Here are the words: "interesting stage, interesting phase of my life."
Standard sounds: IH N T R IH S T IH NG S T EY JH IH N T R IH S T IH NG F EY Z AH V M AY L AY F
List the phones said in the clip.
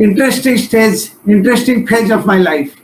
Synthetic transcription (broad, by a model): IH N T R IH S T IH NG S T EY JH IH N T R IH S T IH NG P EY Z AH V M AY L AY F